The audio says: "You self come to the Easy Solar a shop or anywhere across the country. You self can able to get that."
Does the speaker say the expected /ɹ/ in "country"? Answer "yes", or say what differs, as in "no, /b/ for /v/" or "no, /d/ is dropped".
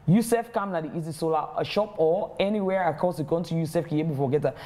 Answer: no, /ɹ/ is dropped